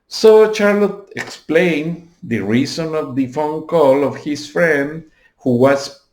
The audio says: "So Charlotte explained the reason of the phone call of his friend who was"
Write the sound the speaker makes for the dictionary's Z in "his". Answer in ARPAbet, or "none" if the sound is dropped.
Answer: S